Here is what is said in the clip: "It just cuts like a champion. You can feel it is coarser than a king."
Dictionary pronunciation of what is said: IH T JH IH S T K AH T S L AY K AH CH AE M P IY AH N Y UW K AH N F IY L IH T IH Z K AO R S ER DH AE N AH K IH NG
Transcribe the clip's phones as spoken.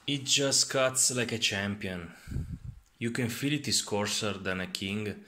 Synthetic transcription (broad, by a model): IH T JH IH S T K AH T S L AY K AH CH AE M P IY AH N Y UW K AH N F IY L IH T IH S K AO R S ER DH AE N AH K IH NG